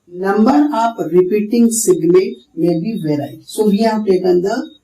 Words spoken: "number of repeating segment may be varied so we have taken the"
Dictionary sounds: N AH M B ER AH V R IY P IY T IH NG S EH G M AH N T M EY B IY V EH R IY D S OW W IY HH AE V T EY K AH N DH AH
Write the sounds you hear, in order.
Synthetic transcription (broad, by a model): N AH M B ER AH P R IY P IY T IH NG S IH G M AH T M EY B IY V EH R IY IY S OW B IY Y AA P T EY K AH N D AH